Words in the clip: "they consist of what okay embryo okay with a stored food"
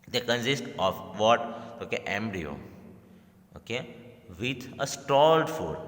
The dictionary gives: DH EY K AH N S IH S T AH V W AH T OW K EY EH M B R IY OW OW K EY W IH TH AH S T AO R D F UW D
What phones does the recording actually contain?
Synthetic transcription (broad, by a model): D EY K AH N S IH S T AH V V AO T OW K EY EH M B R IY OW OW K EY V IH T AH S T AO L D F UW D